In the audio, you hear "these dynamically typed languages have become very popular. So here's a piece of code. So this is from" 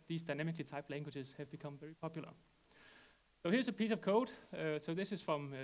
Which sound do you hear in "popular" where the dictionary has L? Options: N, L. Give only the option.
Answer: L